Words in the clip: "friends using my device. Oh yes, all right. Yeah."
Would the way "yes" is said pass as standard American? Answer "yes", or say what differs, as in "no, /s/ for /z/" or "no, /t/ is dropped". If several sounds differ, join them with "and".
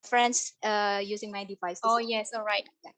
yes